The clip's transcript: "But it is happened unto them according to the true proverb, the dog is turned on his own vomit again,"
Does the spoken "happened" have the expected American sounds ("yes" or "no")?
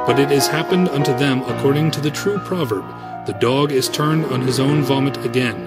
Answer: yes